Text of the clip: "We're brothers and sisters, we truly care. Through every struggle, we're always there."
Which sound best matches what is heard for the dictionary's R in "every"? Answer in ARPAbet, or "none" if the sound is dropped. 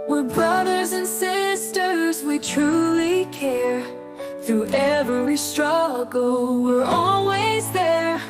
W